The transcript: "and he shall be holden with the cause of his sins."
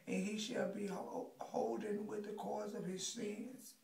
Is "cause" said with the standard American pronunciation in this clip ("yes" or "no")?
yes